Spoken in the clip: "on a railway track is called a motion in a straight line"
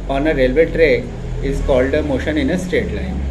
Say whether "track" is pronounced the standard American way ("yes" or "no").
no